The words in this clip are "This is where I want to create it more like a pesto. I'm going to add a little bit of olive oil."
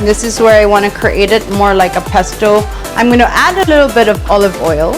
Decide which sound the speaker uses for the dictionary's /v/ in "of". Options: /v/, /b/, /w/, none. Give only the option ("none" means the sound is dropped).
/v/